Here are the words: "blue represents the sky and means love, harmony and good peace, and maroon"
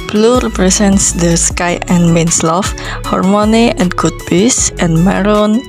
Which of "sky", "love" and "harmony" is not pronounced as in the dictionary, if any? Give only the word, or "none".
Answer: love